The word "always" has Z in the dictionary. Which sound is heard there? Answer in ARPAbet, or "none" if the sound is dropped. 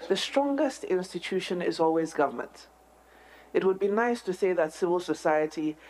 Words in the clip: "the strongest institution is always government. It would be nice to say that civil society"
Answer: Z